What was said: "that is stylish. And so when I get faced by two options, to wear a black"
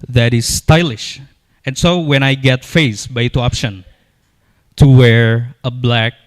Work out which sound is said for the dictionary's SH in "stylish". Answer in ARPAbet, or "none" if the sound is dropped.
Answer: SH